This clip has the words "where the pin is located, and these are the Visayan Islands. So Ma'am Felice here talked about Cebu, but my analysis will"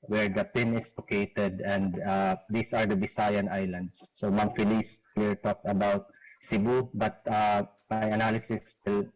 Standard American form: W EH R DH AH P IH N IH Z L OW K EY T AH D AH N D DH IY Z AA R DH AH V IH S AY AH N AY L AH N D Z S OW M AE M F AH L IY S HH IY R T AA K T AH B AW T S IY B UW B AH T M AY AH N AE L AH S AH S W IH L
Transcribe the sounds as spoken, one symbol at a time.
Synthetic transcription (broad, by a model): W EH R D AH P IH N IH S L OW K EY T AH D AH N D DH IY S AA R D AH B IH S AY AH N AY L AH N D S OW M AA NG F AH L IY S HH IY R T AA K T AH B AW T S IY B UW B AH T M AY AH N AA L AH S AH S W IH L